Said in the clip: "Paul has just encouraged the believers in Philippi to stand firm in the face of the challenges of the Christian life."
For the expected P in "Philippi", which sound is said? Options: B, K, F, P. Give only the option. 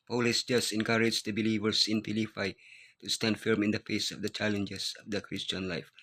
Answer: F